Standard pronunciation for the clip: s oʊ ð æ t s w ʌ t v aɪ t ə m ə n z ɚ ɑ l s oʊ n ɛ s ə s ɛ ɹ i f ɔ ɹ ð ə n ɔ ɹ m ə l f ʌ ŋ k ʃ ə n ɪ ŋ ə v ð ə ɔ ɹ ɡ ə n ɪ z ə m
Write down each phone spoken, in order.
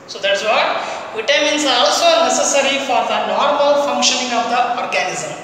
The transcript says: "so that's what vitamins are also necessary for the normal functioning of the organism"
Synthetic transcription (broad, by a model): s oʊ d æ t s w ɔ t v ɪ t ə m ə n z ɑ l s oʊ n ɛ s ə s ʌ ɹ i f ɔ ɹ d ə n ɔ ɹ m ə l f ʌ ŋ k ʃ ə n ɪ ŋ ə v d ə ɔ ɹ ɡ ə n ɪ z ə m